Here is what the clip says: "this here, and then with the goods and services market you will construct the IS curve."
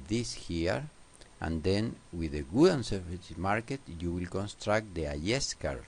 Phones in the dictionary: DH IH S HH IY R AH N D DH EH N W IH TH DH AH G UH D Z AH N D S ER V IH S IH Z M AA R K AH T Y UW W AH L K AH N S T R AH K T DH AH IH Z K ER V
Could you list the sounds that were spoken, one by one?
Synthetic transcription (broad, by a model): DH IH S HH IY R AH N D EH N W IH DH AH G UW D AH N S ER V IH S M AA R K AH T Y UW W AH L K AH N S T R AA K T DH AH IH S K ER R